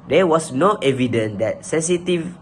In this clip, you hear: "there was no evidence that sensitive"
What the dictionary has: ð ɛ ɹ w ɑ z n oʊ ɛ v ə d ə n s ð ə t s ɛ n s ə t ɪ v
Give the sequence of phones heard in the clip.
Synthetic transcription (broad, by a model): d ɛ w ɑ s n oʊ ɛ v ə d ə n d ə t s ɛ n s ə t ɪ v